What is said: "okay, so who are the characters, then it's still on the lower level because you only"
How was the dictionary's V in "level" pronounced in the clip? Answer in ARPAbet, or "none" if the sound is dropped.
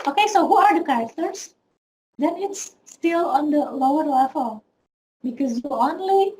F